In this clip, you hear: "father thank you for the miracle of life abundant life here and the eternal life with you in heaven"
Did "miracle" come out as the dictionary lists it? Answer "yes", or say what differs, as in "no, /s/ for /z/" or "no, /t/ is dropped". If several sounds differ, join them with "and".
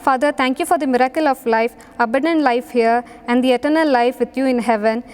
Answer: yes